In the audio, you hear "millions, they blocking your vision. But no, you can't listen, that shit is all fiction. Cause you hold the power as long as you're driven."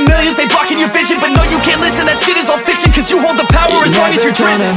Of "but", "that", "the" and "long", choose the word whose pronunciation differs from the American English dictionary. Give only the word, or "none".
long